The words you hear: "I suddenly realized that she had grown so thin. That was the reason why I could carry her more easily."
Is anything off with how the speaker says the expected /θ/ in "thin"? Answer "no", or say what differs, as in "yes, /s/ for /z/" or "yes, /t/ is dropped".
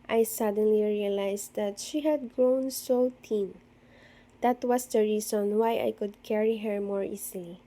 yes, /t/ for /θ/